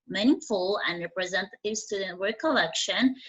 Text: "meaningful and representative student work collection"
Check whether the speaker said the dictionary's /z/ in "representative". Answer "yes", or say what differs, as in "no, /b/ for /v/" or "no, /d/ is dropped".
yes